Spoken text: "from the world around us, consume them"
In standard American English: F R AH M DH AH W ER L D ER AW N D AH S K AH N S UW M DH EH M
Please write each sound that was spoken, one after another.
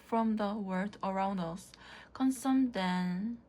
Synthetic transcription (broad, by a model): F R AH M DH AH W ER D ER AW N D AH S K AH N S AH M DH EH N